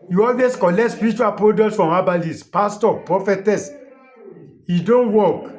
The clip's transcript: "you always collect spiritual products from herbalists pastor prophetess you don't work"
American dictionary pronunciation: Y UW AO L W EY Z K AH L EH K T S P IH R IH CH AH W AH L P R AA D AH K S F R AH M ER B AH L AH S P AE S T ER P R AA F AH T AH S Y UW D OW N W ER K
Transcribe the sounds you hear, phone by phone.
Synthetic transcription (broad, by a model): Y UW AO L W EY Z K AH L EH K T S P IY R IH CH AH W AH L P R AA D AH S F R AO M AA B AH L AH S P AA S T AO P R AA F AH T AH S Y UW D OW N W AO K